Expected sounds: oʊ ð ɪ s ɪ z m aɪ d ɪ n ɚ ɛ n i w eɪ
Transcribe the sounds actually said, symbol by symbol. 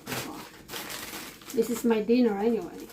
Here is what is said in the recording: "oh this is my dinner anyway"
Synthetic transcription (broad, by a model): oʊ ð ɪ s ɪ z m aɪ d ɪ n ɚ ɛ n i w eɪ